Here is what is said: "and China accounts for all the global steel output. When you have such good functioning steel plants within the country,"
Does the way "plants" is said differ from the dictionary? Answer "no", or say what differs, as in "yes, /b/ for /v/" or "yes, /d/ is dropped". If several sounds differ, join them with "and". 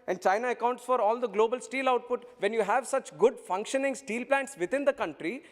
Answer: no